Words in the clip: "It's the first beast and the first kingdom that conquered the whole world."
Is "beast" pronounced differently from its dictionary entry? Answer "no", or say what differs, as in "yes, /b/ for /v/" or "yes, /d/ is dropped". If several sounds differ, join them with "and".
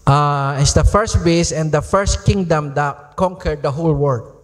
yes, /t/ is dropped